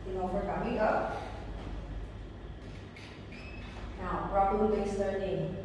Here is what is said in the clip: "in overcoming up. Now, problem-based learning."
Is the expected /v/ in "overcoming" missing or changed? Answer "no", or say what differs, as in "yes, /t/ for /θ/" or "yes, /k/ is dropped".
yes, /f/ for /v/